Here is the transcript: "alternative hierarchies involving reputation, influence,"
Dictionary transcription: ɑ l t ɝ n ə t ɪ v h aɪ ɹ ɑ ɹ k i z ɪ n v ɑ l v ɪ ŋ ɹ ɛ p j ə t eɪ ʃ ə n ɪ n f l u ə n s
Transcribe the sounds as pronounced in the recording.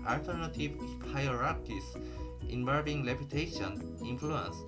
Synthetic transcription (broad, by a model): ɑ l t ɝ n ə t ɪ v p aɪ ɹ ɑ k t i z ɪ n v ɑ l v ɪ ŋ l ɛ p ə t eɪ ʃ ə n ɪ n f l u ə n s